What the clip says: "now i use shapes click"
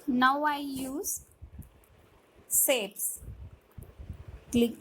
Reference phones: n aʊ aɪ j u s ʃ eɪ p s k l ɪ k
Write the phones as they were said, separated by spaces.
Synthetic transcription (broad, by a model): n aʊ aɪ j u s s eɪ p s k l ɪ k